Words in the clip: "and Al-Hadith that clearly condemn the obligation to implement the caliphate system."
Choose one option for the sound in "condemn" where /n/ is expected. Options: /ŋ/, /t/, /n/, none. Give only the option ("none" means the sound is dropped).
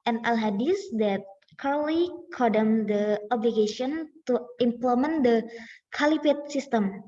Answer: none